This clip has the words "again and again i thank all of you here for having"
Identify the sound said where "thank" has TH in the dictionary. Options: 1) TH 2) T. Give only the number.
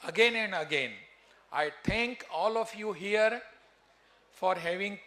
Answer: 2